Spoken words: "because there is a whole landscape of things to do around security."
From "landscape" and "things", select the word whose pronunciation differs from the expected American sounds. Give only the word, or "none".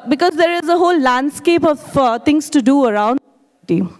things